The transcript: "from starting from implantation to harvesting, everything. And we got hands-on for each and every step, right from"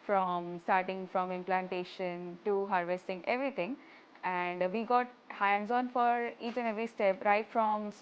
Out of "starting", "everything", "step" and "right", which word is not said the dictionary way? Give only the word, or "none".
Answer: everything